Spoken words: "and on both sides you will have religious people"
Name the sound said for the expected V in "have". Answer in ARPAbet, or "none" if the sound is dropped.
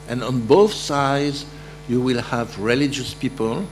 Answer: V